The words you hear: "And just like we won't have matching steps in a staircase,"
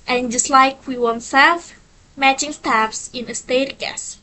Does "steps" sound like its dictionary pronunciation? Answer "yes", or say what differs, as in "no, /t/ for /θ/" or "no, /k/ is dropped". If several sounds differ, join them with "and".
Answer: no, /f/ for /p/